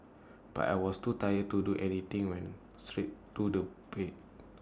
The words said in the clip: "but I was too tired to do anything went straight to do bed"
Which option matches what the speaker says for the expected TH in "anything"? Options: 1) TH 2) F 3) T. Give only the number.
3